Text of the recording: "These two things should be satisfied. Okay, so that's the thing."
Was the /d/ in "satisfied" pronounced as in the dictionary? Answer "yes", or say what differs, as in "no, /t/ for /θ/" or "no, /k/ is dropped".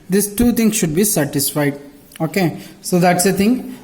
yes